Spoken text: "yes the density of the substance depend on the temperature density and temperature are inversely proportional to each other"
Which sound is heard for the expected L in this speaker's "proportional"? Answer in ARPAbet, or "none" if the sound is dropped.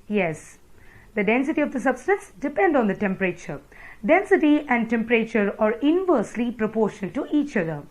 N